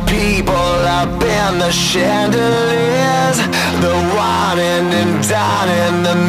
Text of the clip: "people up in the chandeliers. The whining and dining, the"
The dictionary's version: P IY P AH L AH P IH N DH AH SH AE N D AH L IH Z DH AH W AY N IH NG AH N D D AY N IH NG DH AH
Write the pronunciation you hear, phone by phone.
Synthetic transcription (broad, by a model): P IY P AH L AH B IH N DH AH SH AE N D AH L IH Z DH AH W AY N IH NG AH N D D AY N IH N DH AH